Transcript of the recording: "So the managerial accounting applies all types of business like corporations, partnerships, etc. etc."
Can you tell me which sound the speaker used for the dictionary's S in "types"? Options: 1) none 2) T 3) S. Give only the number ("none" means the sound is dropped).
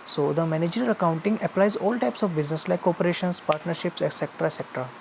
3